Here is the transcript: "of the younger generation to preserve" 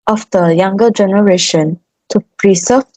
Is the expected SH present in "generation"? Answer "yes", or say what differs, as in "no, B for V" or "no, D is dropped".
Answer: yes